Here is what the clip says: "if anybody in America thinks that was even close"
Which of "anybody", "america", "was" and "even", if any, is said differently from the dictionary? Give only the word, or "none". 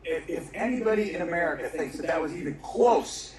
none